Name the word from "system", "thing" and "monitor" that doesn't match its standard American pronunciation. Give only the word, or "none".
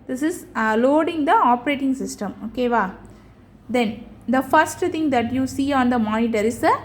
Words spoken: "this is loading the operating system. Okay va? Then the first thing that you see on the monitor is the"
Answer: thing